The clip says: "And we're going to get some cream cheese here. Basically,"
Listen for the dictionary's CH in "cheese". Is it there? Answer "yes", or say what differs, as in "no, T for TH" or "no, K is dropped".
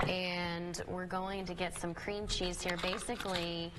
yes